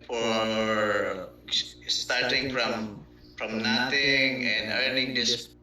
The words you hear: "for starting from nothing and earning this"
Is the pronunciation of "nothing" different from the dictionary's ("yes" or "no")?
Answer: yes